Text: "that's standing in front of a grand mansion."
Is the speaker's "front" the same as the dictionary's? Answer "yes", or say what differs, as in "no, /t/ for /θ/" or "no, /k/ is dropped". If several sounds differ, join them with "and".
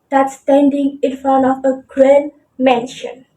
no, /t/ is dropped